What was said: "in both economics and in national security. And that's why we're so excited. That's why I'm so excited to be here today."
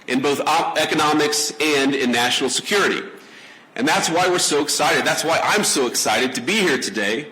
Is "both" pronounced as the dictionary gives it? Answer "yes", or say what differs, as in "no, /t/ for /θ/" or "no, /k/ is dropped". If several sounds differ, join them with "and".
yes